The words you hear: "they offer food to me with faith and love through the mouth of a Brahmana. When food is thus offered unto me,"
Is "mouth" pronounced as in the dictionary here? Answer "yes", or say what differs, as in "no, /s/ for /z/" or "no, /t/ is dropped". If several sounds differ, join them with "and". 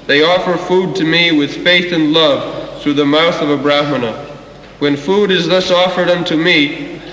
yes